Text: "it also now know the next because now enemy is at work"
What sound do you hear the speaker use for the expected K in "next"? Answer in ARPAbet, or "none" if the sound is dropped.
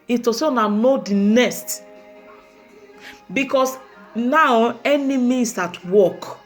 none